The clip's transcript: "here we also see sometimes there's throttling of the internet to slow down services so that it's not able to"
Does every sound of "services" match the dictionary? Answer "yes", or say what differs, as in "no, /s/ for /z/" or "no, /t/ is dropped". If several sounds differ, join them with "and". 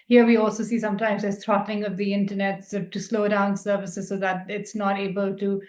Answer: yes